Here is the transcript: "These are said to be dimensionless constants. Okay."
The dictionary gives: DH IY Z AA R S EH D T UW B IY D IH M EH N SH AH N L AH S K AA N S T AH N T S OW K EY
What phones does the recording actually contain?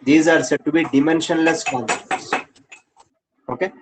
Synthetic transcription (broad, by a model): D IY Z AA R S EH D T UW B IY D IH M EH N SH AH N L AH S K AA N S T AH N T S OW K EY